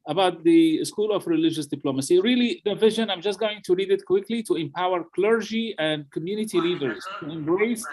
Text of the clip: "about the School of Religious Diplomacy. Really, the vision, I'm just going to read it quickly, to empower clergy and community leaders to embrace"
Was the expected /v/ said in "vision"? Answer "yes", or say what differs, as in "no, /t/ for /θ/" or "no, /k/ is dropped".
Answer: yes